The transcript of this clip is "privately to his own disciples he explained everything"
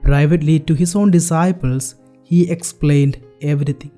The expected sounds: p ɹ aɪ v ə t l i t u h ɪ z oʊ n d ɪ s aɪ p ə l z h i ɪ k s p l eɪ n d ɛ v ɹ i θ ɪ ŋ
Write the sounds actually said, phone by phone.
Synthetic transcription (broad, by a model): p ɹ aɪ v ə t l i t u h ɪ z oʊ n d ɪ s aɪ p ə l s h i ɪ k s p l eɪ n d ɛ v ɹ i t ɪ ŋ